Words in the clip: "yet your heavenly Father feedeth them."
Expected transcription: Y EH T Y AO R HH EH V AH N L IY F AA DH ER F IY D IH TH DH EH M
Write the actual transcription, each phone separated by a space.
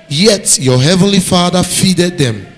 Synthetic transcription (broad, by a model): Y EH T Y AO HH EH V AH N L IY F AA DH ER F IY D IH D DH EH M